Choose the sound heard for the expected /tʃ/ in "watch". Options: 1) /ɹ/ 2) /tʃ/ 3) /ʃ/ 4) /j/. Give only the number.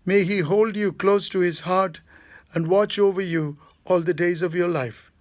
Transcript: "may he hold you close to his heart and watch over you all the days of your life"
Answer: 2